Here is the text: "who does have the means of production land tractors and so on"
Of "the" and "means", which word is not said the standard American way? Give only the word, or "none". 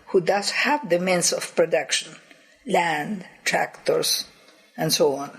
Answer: means